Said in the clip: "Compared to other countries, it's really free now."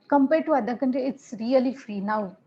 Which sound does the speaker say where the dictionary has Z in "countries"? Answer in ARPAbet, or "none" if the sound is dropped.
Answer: none